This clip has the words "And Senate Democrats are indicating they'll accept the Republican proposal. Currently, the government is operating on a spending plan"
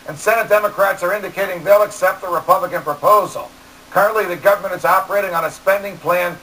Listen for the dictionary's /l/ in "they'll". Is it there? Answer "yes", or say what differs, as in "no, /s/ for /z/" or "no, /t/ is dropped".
yes